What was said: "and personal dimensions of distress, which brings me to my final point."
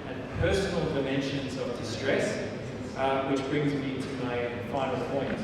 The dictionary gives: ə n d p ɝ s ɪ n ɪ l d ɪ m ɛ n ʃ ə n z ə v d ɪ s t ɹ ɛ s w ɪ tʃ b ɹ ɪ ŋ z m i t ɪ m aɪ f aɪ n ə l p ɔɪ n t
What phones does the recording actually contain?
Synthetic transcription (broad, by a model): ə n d p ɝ s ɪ n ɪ l d ɪ m ɛ n ʃ ə n z ə v d ɪ s t ɹ ɛ s w ɪ tʃ b ɹ ɪ ŋ z m i t ɪ m aɪ f aɪ n ə l p ɔɪ n t